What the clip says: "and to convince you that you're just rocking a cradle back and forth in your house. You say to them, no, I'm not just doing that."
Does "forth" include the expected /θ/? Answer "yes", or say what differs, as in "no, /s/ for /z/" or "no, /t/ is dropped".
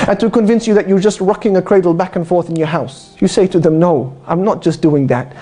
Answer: yes